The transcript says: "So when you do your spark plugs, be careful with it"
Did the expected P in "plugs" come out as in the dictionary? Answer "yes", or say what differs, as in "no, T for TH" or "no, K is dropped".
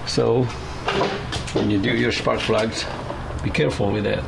no, F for P